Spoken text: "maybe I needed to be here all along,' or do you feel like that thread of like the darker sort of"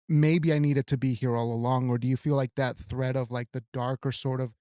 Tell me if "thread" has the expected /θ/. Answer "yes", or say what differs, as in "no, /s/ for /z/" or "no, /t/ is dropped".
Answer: yes